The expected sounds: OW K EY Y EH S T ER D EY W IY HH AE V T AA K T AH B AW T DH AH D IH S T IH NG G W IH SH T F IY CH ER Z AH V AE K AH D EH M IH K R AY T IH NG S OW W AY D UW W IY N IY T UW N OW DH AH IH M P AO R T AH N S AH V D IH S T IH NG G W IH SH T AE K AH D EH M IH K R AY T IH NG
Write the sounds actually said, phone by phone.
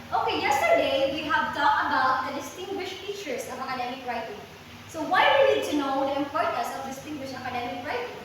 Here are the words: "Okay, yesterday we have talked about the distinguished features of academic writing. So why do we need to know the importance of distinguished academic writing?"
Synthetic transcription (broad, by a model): OW K EY Y EH S T ER D EY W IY HH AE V T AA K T AH B AW T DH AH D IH S T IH NG G W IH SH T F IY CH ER S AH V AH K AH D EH M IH K R AY T IH NG S OW W AY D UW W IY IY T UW N OW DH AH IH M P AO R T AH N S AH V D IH S T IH NG G W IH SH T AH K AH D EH M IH K R AY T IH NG